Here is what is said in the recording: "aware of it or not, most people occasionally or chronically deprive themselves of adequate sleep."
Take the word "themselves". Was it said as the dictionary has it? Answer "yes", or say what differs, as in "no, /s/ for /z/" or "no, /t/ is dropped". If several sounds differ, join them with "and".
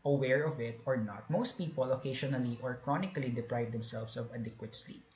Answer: no, /s/ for /z/